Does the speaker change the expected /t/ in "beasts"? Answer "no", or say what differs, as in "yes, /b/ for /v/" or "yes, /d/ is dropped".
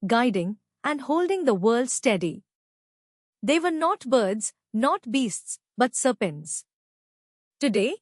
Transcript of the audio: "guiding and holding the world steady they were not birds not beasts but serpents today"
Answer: no